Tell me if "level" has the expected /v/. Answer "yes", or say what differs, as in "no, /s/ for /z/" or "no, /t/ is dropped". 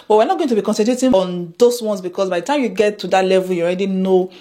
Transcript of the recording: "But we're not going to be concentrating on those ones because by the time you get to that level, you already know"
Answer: yes